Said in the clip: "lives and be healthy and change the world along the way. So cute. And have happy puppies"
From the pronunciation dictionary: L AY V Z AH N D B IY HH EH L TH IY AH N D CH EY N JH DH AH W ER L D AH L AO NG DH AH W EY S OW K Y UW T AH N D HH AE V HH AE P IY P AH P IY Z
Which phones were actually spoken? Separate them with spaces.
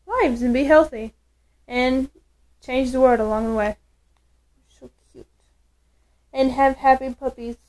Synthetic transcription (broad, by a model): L AY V Z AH N B IY HH EH L TH IY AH N CH EY N JH DH AH W ER L D AH L AO NG DH AH W EY SH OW K Y UW T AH N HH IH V HH AE P IY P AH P IY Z